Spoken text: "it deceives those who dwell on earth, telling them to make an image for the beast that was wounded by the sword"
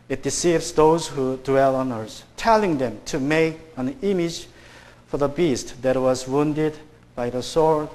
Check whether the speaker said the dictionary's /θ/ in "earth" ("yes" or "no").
no